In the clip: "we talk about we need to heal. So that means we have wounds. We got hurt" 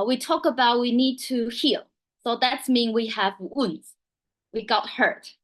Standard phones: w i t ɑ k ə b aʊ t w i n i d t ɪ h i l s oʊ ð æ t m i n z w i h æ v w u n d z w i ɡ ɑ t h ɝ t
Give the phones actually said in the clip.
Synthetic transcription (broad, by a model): w i t ɑ k ə b aʊ t w i n i d t ɪ h i l s oʊ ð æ t m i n w i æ v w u n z w i ɡ ɑ t h ɝ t